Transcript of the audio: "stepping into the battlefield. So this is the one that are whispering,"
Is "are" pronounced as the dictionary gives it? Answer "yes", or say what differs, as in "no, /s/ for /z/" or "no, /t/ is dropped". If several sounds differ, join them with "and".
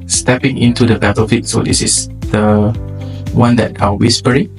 no, /l/ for /ɹ/